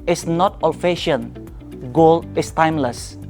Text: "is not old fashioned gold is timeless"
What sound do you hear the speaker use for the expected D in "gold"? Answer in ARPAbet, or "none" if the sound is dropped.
none